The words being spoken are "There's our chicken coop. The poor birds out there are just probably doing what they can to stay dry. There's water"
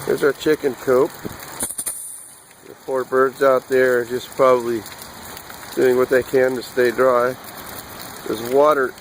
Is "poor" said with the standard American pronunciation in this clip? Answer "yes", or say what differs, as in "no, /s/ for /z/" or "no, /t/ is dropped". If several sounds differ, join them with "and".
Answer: no, /f/ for /p/